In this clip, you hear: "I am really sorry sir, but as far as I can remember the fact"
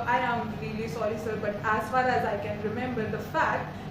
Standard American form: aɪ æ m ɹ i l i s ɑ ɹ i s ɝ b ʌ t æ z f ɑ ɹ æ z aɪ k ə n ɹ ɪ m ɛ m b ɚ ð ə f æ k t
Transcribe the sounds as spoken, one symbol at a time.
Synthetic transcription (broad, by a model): aɪ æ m ɹ i l i s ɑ l i s ɝ b ʌ t æ z f ɑ ɹ æ z aɪ k ə n ɹ ɪ m ɛ m b ɚ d ə f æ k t